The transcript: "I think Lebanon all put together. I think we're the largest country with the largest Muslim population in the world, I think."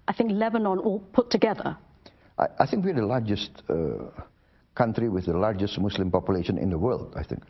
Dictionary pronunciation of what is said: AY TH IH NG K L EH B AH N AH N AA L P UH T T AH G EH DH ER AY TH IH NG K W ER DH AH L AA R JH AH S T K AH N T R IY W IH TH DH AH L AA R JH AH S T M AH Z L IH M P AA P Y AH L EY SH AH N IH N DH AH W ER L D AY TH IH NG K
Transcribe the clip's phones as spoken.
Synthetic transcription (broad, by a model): AY TH IH NG K L EH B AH N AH N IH L P UH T T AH G EH DH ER AY TH IH NG K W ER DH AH L AA R JH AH S T K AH N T R IY W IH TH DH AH L AA R JH AH S T M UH S L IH M P AA P Y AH L EY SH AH N IH N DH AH W ER L D AY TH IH NG K